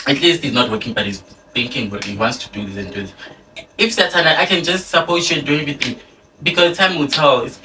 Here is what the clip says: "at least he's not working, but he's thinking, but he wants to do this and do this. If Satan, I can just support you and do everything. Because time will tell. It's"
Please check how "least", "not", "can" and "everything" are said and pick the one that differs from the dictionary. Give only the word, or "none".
everything